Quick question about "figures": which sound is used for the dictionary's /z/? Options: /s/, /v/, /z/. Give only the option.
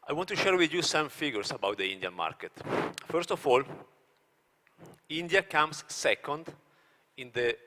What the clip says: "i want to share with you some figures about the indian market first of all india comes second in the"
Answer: /s/